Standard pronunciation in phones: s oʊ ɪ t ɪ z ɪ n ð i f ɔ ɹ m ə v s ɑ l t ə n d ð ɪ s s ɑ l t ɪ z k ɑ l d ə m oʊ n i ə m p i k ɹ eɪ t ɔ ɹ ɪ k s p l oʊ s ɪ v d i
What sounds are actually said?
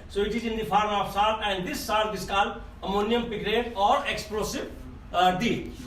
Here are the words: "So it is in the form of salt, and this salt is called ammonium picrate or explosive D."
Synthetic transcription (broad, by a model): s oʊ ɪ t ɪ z ɪ n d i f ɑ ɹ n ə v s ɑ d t ə n d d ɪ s s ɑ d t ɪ s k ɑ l ə m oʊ n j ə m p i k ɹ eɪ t ɔ ɹ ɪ k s p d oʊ s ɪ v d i